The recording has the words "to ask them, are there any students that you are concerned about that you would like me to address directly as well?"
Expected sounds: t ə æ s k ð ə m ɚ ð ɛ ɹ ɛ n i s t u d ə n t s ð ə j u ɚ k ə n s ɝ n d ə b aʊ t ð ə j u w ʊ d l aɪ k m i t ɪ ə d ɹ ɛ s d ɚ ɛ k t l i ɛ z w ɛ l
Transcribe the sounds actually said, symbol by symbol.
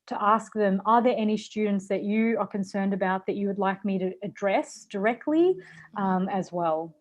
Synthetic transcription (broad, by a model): t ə æ s k ð ə m ɚ ð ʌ ɹ ɛ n i s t u d n t s ð ə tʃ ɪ ɚ k ə n s ɝ n d ə b aʊ t ð ə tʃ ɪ w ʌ d l aɪ k m i t ɪ d ɹ ɛ s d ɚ ɛ k t l i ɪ z w ɛ l